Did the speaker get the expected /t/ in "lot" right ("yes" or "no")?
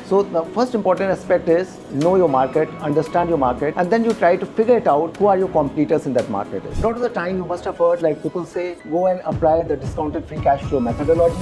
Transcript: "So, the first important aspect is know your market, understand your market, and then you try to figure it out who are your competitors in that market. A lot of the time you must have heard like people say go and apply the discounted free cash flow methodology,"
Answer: no